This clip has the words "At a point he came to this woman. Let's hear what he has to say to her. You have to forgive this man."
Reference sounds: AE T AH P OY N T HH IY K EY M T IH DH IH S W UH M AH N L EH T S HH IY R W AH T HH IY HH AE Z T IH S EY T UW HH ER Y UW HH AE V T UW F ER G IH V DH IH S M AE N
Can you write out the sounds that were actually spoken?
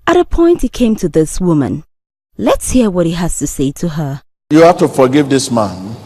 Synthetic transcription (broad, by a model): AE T AH P OY N T HH IY K EY M T IH DH IH S W UH M AH N L EH T S HH IY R W AH T HH IY HH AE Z T IH S EY T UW HH ER Y UW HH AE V T UW F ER G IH V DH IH S M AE N